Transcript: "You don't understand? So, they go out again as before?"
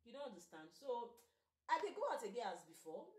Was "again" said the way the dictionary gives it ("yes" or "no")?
no